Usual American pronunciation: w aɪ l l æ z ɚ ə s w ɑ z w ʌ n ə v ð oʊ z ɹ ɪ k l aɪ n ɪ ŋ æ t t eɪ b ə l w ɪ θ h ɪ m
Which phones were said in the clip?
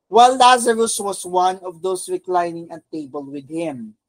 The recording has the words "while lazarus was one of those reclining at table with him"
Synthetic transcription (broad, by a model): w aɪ l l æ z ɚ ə s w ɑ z w ʌ n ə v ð oʊ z ɹ ɪ k l aɪ n ɪ ŋ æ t t eɪ b ə l w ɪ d h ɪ m